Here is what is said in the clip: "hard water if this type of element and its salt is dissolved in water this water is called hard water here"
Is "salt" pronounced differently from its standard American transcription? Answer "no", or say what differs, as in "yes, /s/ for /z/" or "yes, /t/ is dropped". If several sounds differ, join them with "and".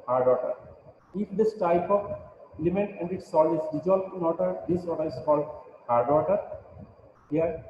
yes, /t/ is dropped